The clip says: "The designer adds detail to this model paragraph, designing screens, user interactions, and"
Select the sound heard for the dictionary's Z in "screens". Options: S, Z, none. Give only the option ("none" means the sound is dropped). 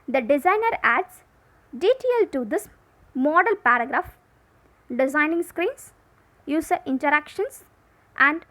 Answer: S